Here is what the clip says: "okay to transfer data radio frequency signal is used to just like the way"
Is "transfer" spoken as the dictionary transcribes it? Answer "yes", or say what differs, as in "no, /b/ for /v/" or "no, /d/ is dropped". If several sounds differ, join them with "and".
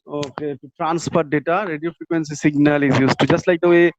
no, /p/ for /f/